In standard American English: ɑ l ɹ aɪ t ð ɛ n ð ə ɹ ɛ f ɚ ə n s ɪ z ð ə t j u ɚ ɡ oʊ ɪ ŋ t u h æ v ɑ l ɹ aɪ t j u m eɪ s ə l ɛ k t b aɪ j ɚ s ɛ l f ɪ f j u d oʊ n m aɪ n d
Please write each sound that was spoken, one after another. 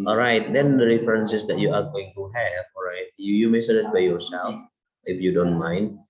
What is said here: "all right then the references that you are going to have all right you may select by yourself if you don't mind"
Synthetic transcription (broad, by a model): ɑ l ɹ aɪ t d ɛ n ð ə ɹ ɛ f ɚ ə n s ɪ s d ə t j u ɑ ɡ oʊ ɪ ŋ t u h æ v ɑ l ɹ aɪ t j u m eɪ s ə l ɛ t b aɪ j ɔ s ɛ l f ɪ f j u d oʊ n m aɪ n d